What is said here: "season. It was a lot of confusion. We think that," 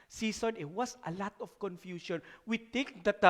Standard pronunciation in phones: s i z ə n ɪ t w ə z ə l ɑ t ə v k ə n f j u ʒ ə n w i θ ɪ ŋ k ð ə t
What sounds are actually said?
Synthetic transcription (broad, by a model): s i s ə n ɪ t w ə s ə l ɑ t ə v k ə n f j u ʃ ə n w i t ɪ ŋ k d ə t